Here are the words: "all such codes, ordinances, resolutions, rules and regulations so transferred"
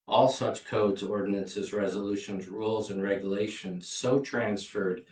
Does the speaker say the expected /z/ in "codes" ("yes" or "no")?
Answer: yes